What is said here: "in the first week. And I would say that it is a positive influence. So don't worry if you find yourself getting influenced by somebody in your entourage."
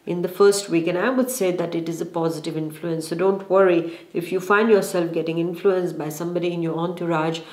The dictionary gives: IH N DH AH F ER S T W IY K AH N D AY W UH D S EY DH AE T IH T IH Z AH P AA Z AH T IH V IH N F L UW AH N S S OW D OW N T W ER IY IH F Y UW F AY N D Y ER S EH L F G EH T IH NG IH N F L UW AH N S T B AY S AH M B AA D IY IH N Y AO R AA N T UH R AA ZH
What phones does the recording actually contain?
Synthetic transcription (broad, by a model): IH N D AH F ER S T W IY K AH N AY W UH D S EY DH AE T IH T IH Z AH P AA Z AH T IH V IH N F L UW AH N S S OW D OW N T W ER IY IH F Y UW F AY N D Y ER S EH L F G EH T IH NG IH N F L UW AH N S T B AY S AH M B AA D IY IH N Y AO R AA N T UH R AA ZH